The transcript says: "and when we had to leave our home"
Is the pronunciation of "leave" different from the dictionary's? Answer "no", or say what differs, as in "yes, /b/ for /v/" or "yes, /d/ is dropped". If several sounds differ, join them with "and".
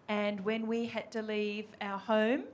no